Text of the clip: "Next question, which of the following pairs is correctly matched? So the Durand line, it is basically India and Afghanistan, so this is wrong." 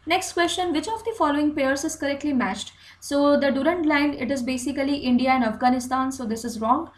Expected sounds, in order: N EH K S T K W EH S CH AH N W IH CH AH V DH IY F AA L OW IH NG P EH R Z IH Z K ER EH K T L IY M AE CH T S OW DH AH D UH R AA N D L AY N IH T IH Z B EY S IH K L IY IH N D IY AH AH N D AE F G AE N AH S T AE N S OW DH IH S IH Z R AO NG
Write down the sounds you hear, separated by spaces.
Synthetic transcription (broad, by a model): N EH K S T K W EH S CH AH N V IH CH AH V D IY F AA L OW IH NG P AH R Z IH Z K ER EH K T L IY M AE CH T S OW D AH D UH R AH N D L AY N IH T IH Z B EY S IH K L IY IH N D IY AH AH N D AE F G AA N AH S T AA N S OW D IH S IH Z R AO NG